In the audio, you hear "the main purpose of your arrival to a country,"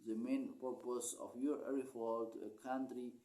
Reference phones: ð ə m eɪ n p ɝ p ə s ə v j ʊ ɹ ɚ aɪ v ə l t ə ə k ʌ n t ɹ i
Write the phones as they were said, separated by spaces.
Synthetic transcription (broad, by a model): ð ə m eɪ n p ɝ p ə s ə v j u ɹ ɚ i f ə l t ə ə k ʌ n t ɹ i